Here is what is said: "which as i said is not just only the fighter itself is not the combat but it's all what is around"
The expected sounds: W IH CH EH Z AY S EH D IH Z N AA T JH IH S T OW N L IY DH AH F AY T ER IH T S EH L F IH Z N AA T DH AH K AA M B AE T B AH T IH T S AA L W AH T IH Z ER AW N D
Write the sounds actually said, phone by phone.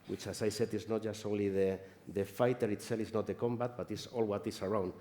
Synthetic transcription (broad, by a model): W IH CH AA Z AY S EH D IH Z N AA T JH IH S T OW N L IY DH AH F AY T ER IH T S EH L IH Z N AA T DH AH K AA M B AE T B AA T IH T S AA L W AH T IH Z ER AW N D